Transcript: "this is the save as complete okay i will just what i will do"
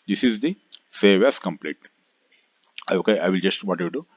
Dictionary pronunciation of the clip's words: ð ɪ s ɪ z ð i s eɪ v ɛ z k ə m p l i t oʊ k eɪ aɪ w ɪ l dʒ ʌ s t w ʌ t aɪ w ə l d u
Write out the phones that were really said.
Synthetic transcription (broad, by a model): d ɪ s ɪ z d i s eɪ v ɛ s k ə m p l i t oʊ k eɪ aɪ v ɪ l dʒ ʌ s t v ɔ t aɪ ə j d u